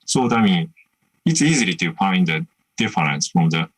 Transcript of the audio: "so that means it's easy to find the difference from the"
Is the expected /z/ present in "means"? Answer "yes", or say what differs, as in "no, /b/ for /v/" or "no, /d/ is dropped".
no, /z/ is dropped